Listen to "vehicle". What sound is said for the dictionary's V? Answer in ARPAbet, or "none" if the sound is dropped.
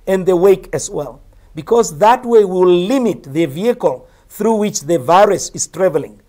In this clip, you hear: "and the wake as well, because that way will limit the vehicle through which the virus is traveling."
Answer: V